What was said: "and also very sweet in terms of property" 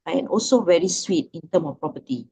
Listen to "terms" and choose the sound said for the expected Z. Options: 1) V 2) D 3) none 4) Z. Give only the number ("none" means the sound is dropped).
3